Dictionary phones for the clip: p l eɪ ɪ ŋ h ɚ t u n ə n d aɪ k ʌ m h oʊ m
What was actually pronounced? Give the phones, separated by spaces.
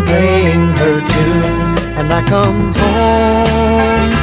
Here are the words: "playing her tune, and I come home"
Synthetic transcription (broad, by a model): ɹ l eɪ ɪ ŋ h ɚ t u ə n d aɪ k ʌ m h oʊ